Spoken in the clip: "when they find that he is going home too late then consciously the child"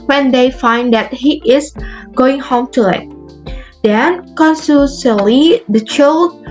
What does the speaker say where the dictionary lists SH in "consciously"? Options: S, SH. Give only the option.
S